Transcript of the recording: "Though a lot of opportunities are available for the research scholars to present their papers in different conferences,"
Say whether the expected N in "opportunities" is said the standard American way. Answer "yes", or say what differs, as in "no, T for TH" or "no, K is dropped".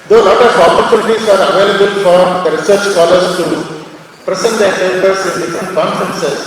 no, L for N